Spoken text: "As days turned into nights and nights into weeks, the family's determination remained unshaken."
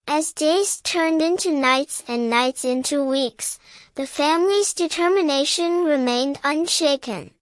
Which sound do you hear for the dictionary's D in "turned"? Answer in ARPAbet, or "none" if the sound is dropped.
D